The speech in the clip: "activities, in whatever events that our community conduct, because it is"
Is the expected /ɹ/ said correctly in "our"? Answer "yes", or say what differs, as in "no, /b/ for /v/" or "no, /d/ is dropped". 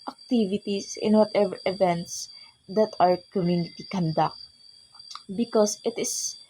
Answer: yes